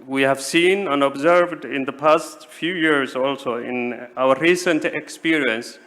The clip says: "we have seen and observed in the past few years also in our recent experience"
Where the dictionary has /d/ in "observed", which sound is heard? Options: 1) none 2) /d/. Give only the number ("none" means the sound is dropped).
2